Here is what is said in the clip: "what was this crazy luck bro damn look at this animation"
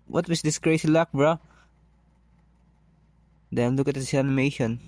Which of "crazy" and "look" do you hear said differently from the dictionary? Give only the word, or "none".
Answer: crazy